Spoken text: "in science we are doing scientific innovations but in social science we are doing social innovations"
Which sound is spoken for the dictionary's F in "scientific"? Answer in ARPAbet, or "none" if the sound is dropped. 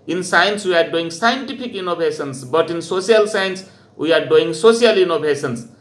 P